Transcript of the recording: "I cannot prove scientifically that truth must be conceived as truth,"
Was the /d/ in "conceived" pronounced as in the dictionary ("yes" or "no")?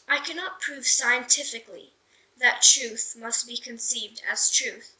yes